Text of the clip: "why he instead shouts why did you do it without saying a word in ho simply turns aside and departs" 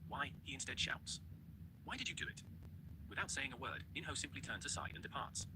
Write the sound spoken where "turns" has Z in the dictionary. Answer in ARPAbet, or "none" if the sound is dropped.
Z